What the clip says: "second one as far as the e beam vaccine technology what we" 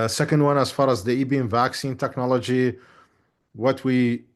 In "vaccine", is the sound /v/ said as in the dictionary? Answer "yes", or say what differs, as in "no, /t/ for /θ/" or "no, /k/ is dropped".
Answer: yes